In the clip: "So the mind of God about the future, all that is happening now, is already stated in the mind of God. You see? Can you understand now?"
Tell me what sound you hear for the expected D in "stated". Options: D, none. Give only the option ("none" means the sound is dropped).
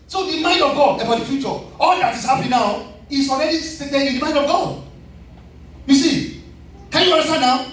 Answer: none